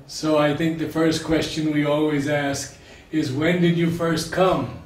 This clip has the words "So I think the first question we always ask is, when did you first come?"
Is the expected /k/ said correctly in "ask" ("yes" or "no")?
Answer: yes